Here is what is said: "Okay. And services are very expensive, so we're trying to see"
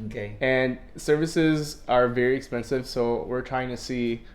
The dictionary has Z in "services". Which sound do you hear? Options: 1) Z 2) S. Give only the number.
1